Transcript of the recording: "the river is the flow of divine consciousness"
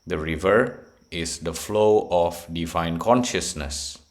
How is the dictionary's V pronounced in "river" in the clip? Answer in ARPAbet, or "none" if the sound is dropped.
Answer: V